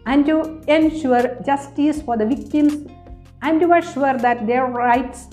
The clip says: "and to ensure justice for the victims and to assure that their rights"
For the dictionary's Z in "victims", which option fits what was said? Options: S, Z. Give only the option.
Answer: S